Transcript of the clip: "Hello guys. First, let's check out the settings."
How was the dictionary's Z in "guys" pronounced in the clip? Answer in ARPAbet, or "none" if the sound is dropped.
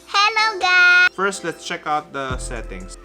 none